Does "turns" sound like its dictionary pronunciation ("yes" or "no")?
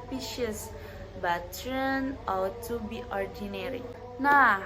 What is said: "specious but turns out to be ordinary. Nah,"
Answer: no